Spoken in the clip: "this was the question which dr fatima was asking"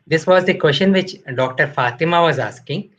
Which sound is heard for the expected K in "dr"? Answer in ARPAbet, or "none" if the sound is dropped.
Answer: K